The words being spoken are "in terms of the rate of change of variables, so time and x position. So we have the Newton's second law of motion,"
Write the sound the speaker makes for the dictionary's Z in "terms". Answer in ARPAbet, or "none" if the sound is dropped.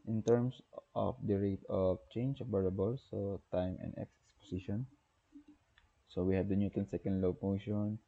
S